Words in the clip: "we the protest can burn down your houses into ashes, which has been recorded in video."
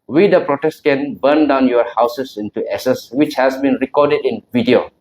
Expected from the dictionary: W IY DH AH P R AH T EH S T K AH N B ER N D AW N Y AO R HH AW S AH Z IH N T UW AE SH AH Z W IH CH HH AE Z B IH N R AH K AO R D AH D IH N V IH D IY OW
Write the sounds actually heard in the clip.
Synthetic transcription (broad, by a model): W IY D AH P R AH T EH S T K AH N B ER N D AW N Y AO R HH AW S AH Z IH N T UW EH S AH S W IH CH HH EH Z B IH N R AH K AO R D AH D IH N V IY D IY OW